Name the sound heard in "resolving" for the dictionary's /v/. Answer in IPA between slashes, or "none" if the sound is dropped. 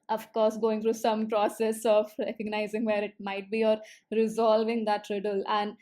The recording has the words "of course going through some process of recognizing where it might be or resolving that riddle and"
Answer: /v/